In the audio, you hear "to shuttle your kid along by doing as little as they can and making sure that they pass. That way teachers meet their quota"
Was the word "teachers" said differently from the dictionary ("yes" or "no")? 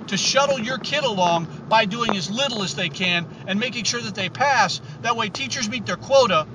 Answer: no